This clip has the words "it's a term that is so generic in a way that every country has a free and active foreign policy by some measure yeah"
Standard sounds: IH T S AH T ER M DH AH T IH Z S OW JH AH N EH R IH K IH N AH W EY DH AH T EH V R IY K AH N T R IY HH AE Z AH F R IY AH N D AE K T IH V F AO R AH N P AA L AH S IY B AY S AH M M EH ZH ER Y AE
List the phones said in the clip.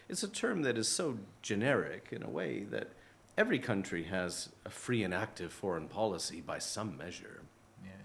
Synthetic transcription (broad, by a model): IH T S AH T ER M DH AH T IH Z S OW JH AH N EH R IH K IH N AH W EY DH AH T EH V R IY K AH N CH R IY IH Z AH F R IY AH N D AE K T IH V F AO R AH N P AA L AH S IY B AY S AH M M EH ZH ER